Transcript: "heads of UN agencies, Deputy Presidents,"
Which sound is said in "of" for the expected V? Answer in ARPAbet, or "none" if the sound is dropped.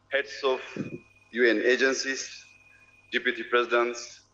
F